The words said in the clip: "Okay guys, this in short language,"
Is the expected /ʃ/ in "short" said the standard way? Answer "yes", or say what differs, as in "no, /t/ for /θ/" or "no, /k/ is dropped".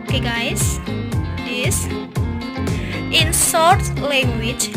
no, /s/ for /ʃ/